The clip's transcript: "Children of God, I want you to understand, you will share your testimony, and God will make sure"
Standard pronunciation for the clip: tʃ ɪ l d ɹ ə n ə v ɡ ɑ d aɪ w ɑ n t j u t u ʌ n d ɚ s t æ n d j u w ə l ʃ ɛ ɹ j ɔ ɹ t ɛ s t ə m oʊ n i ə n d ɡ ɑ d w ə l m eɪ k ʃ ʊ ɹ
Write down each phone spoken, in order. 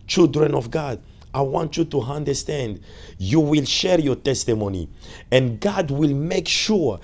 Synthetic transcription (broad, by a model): tʃ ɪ l d ɹ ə n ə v ɡ ɑ d aɪ w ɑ n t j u t u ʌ n d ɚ s t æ n d j u w ə l ʃ ɛ ɹ j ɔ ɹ t ɛ s t ə m oʊ n i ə n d ɡ ɑ d w ə l m eɪ k ʃ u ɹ